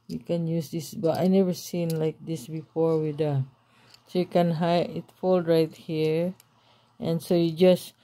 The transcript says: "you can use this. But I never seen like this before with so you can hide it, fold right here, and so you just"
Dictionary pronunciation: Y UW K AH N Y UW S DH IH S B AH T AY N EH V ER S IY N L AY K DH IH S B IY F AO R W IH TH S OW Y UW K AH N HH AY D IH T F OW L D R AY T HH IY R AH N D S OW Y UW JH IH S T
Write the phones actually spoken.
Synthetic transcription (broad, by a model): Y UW K AH N Y UW S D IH S B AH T AY N EH V ER S IY N L AY K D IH S B IY F AO R W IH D S OW Y UW K AH N HH AY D IH T F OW L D R AY T HH IY R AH N S OW Y UW JH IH S